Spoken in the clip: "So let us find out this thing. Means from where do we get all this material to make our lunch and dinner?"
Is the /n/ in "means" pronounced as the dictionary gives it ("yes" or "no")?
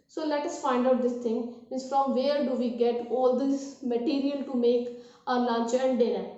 no